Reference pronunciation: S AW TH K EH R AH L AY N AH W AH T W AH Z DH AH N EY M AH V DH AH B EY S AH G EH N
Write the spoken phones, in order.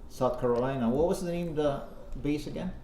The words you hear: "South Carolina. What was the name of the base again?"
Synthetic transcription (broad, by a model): S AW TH K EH R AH L AY N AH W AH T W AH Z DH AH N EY AH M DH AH B EY S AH G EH N